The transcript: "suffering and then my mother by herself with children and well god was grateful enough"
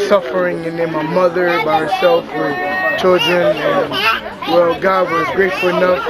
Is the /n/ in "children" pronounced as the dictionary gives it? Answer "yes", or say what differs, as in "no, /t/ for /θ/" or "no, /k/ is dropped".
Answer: yes